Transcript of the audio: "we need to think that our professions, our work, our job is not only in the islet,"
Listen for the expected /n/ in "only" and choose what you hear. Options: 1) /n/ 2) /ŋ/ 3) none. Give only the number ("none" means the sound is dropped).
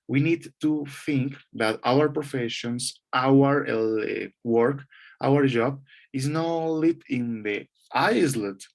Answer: 3